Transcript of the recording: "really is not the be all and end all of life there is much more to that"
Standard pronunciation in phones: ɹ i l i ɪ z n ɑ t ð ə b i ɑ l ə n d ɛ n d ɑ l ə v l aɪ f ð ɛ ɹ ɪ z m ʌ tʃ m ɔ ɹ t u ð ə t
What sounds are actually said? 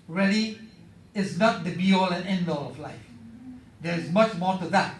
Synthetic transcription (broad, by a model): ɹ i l i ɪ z n ɑ t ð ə b i ɑ l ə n ɛ n d ɑ l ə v l aɪ f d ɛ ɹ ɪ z m ʌ tʃ m ɔ t u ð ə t